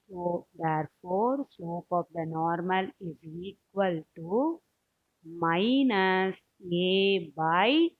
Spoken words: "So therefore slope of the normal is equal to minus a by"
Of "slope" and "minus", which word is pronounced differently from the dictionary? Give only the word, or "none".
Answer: slope